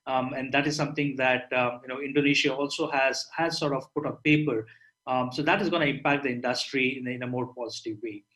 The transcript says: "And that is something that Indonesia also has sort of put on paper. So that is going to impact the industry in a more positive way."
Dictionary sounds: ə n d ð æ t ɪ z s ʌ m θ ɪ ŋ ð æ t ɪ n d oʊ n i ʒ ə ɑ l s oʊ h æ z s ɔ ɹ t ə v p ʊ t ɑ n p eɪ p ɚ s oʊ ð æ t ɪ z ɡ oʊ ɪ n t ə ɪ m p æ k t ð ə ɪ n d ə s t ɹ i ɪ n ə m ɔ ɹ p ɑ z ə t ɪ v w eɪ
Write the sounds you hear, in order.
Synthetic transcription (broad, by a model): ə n d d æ t ɪ z s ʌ m t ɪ ŋ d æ t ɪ n d oʊ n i ʃ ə ɑ l s oʊ h æ z s ɔ ɹ t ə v p ʊ t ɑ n p eɪ p ɚ s oʊ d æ t ɪ z ɡ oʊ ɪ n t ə ɪ m p æ k t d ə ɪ n d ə s t ɹ i ɪ n ə m ɔ ɹ p ɑ z ə t ɪ v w eɪ